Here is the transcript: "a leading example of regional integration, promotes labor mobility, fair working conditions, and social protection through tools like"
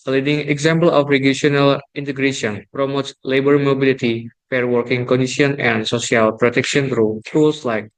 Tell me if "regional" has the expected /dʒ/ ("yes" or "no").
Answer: no